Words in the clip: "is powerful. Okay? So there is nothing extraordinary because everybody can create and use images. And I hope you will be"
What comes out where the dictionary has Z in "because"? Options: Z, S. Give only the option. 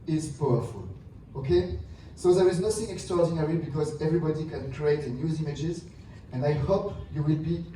Z